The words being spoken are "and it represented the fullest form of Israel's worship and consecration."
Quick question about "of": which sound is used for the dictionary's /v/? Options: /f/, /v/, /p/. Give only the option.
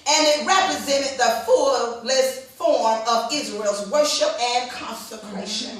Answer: /v/